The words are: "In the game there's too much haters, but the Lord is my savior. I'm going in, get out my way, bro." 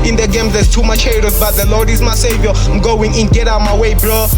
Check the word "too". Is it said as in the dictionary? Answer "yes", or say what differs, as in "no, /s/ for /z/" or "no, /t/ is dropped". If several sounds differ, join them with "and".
yes